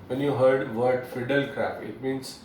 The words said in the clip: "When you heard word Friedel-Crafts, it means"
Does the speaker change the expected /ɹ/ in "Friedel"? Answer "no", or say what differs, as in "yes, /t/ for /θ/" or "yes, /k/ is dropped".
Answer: yes, /ɹ/ is dropped